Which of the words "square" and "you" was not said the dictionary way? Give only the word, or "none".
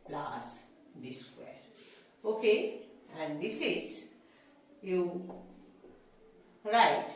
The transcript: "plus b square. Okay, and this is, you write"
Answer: square